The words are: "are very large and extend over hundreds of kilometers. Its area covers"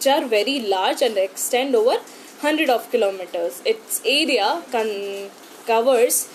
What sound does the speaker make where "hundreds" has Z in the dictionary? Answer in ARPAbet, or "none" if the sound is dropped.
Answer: none